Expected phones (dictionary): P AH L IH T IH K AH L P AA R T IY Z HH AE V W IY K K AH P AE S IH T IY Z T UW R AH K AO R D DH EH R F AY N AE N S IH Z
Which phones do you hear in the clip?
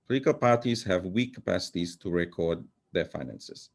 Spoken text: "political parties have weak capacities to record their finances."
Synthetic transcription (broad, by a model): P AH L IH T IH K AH L P AA R T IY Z HH AE V W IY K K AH P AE S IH T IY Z T UW R AH K AO R D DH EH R F AY N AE N S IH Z